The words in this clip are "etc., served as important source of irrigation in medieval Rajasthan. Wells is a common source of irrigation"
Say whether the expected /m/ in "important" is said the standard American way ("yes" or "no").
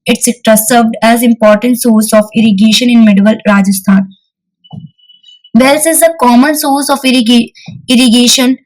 yes